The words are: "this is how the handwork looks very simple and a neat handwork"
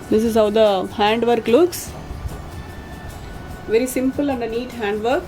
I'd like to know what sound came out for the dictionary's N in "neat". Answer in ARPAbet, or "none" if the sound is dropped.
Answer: N